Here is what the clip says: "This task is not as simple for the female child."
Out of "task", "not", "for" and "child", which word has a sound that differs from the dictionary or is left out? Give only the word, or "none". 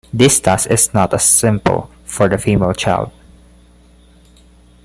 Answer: task